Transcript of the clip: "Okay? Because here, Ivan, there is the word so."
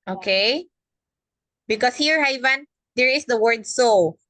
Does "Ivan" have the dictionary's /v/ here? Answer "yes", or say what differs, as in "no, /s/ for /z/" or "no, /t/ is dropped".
yes